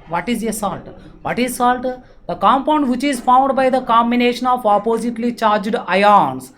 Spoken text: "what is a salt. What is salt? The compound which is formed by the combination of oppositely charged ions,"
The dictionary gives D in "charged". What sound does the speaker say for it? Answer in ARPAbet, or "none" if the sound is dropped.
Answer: D